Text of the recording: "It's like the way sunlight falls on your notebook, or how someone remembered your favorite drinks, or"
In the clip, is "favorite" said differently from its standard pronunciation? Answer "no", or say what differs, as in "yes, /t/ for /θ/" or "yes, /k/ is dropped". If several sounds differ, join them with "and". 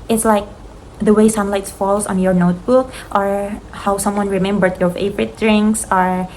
yes, /p/ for /v/